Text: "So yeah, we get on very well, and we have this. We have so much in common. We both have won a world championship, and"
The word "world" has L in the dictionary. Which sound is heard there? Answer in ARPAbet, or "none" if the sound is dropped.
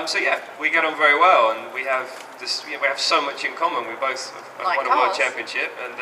none